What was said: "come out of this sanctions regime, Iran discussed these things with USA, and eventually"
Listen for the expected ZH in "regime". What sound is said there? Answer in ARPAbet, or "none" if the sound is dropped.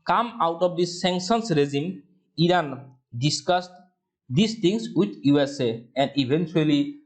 Z